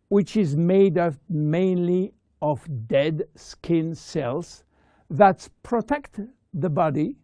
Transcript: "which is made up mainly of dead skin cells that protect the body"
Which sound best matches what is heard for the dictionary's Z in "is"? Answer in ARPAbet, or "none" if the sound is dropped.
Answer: Z